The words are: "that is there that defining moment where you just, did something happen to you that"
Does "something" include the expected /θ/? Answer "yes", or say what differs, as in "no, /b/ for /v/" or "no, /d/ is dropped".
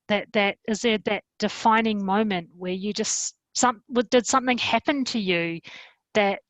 yes